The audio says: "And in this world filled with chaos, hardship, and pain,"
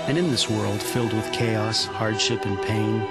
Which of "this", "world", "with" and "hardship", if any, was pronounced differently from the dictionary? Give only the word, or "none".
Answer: none